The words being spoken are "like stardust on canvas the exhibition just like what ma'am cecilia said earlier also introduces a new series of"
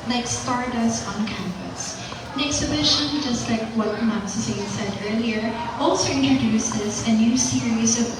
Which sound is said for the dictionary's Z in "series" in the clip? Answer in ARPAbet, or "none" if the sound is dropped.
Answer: Z